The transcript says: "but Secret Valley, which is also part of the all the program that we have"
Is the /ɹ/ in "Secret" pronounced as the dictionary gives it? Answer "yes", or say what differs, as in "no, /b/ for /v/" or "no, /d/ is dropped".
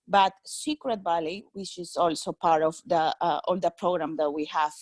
yes